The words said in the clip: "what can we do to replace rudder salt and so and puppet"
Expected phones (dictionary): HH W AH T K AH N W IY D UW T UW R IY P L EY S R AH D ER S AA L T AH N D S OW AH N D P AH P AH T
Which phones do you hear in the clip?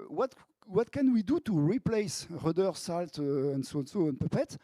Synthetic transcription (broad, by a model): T W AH T K AH N W IY D UW T UW R IY P L EY S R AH D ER S AA L T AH N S S OW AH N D P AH P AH T